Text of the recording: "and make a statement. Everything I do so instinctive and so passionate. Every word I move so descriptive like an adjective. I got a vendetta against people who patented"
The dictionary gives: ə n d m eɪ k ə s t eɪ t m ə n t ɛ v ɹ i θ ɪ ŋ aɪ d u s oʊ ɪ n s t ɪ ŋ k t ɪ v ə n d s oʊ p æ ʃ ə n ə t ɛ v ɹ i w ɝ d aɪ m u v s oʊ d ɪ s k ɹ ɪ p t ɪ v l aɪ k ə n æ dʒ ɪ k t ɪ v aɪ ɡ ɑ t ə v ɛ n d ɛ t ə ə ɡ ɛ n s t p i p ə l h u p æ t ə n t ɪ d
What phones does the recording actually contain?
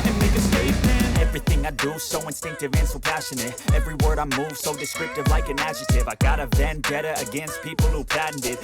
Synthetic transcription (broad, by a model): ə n m eɪ k ə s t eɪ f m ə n ɛ v ɹ i θ ɪ ŋ aɪ d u s oʊ ɪ n s t ɪ ŋ k t ɪ v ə n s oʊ p æ ʃ ə n ə t ɛ v ɹ i w ɝ d aɪ m u v s oʊ d ɪ s k ɹ ɪ p t ɪ v l aɪ k ə n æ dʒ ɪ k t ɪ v aɪ ɡ ɑ t ə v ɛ n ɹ ɛ t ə ə ɡ ɛ n s t p i p l h u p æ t n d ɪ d